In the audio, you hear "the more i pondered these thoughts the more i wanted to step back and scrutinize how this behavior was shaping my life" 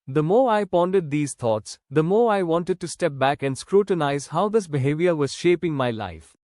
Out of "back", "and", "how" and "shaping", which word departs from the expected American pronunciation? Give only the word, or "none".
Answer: none